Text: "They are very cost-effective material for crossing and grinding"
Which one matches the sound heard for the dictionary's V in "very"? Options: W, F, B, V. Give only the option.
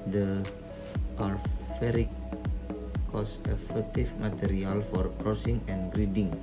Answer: F